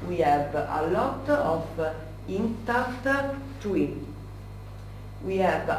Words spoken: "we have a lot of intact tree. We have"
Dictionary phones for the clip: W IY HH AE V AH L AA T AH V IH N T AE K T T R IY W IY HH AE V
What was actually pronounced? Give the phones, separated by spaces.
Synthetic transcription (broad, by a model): W IY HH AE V AH L AA T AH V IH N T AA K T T W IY W IY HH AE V